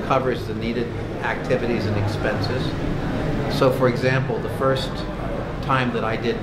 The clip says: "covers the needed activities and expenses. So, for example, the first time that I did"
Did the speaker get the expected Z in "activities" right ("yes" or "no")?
yes